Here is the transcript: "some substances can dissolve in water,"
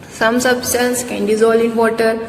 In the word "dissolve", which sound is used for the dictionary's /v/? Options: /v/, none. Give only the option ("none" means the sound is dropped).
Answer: none